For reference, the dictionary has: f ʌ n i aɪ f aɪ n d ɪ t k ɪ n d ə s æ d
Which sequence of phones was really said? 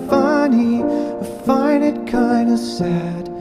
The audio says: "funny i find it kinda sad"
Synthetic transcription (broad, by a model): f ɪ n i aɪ f aɪ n ɪ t k ɪ n d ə s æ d